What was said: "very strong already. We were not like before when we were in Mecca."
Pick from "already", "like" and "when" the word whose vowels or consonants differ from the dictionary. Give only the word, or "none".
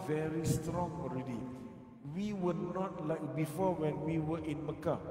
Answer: none